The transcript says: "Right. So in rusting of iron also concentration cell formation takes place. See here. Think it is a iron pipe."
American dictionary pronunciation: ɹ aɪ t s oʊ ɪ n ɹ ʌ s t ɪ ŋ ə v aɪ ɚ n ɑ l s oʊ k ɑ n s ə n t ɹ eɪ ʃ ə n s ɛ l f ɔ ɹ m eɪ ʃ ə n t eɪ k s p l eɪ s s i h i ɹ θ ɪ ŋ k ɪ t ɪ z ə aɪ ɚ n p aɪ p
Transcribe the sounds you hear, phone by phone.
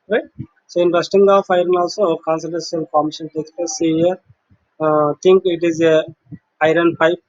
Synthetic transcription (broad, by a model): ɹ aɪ t s oʊ ɪ n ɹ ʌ s t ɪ ŋ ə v aɪ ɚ n ɑ l s oʊ k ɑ n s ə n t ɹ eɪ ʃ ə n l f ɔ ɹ m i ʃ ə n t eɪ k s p eɪ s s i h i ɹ t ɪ ŋ k ɪ t ɪ z ə aɪ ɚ n p aɪ p